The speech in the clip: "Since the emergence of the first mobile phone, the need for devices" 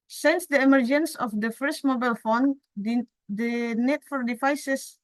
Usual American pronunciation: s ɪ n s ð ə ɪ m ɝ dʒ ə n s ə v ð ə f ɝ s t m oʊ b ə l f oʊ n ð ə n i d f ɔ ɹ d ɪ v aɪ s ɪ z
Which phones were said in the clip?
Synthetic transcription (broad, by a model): s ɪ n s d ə ɪ m ɝ dʒ ə n s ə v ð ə f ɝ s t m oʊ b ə l f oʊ n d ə n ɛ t f ɔ ɹ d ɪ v aɪ s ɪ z